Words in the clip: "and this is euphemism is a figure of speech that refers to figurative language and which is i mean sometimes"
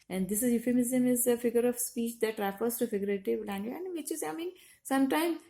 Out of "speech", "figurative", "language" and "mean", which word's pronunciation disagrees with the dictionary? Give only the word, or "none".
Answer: language